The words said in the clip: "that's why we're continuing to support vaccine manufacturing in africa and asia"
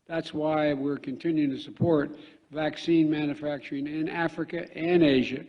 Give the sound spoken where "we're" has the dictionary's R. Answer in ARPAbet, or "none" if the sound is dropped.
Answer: R